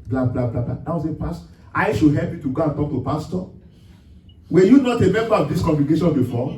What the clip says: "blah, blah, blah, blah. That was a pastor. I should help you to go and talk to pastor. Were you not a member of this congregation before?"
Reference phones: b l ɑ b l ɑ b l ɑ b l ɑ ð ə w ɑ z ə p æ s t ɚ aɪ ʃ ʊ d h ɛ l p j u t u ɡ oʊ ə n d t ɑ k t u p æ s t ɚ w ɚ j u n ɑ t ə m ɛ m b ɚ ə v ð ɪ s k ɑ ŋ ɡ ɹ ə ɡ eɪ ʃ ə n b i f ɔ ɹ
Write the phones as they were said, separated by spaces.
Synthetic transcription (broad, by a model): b l ɑ b l ɑ b l ɑ b l ɑ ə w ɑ s ə p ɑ s t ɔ aɪ ʃ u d h ɛ l p j u t u ɡ oʊ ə n t ɑ k t u p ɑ s t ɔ w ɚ j u n ɑ t ə m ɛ m b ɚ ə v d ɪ s k ɑ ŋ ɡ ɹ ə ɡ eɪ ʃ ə n b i f ɔ